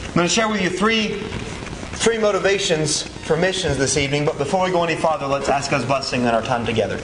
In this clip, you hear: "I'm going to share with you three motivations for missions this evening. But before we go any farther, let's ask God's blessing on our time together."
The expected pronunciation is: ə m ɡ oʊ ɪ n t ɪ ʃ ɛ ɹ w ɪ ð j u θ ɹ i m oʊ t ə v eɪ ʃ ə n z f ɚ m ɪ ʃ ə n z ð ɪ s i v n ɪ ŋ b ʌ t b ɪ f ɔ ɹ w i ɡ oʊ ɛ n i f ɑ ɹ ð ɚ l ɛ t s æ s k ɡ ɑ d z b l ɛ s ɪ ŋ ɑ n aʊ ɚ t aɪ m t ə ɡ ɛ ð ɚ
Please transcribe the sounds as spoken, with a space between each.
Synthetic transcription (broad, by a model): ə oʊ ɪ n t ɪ ʃ ɛ ɹ w ɪ ð j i θ ɹ i m oʊ t ə v eɪ ʃ ə n z f ɚ m ɪ ʃ ə n z ð ɪ s i v n ɪ ŋ b ʌ t b ɪ f ɔ ɹ w i ɡ oʊ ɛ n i f ɑ ð ɚ l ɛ t s æ s k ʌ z b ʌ s ɪ ŋ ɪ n aʊ ɚ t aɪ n t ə ɡ ɛ ð ɚ